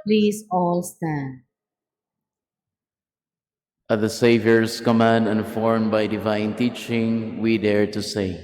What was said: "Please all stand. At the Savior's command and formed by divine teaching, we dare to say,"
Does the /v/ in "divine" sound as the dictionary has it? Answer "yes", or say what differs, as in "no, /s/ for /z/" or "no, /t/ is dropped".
yes